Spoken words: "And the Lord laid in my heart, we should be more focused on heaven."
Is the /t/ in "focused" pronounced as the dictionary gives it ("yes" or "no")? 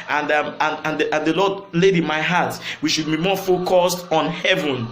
yes